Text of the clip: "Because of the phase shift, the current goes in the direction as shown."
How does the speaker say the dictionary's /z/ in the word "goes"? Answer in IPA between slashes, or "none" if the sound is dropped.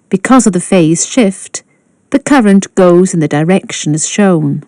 /z/